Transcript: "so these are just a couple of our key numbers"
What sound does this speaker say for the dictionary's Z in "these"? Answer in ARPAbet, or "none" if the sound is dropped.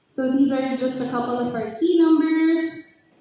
Z